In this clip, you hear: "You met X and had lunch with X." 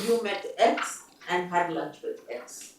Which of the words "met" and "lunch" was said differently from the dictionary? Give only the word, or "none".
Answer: lunch